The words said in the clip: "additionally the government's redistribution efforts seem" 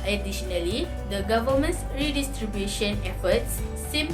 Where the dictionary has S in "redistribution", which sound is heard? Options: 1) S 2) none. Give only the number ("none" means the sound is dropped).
1